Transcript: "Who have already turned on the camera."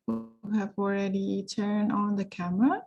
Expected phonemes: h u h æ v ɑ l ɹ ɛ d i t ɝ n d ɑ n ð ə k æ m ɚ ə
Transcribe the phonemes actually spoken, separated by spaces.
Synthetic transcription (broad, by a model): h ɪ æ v ɑ l ɹ ɛ d i t ɝ n d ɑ n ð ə k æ m ɚ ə